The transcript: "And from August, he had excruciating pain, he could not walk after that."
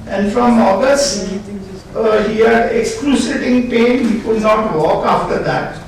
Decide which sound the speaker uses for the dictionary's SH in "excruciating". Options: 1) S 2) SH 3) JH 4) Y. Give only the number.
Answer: 1